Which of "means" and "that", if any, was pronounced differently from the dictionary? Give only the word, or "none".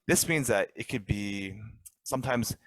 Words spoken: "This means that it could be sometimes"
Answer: none